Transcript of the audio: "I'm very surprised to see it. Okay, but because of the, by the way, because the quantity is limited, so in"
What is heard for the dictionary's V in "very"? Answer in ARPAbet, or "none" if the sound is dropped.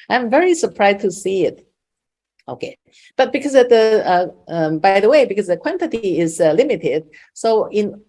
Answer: V